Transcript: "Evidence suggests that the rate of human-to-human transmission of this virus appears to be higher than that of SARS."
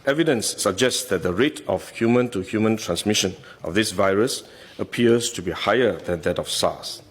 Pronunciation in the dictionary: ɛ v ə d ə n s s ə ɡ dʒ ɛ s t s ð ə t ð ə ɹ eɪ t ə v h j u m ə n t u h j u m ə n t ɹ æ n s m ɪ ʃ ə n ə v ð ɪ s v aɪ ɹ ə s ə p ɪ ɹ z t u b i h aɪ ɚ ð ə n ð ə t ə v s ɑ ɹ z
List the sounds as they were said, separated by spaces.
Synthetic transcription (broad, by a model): ɛ v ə d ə n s s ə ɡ dʒ ɛ s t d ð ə t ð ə ɹ eɪ t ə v h j u m ə n t u h j u m ə n t ɹ æ n s m ɪ ʃ ə n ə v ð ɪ s v aɪ ɹ ə s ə p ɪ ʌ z t u b i h aɪ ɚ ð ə n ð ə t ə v s ɑ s